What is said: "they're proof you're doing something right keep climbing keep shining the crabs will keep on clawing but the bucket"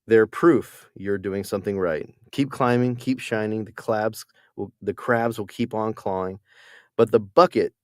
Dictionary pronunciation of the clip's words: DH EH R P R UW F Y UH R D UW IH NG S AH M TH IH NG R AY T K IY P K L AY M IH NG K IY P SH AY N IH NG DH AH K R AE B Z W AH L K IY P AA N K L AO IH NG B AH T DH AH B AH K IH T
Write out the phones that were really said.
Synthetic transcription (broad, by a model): DH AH R P R UW F Y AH R D UW IH NG S AH M TH IH NG R AY T K IY P K L AY M IH NG K IY P SH AY N IH NG DH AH K R AE B Z W AH L K IY P N K L AO IH NG B AH T DH AH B AH K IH T